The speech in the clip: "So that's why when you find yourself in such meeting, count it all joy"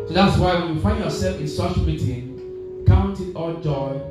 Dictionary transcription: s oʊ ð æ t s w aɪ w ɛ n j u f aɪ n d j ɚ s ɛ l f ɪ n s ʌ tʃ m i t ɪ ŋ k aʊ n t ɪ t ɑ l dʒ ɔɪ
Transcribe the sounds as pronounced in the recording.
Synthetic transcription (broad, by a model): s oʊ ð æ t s w aɪ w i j f aɪ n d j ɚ s ɛ l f ɪ n s ʌ tʃ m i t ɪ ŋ k aʊ n t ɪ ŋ ɑ l dʒ ɔɪ